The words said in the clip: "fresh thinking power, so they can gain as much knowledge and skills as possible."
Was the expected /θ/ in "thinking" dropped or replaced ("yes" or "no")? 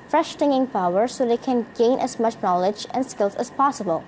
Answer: yes